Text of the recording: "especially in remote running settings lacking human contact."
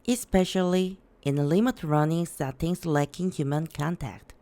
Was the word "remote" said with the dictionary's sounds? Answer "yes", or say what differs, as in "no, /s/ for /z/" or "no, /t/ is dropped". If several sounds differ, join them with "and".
no, /l/ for /ɹ/